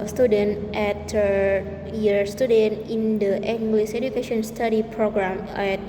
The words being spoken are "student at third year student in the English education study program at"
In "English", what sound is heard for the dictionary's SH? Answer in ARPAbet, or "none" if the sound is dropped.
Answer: S